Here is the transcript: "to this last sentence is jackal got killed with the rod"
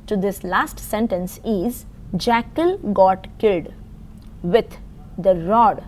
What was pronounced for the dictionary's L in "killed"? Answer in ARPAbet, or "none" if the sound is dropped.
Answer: L